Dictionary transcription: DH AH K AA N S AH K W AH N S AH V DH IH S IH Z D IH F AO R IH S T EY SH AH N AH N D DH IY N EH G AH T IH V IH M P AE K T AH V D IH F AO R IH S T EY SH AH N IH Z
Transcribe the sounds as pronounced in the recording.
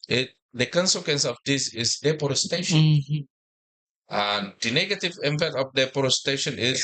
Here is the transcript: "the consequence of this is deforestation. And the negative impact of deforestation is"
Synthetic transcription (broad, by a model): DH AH K AA N S AH K W AH N S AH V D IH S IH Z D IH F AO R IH S T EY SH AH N AH N D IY N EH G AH T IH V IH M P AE T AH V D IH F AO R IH S T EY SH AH N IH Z